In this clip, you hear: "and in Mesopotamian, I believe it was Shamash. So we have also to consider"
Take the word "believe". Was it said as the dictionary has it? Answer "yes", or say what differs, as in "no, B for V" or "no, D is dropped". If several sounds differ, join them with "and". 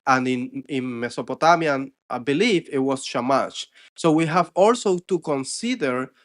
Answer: no, F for V